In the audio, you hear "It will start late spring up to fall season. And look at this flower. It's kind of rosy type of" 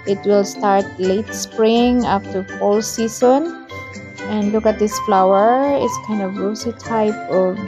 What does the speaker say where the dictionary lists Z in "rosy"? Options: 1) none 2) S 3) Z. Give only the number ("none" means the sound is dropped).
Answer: 2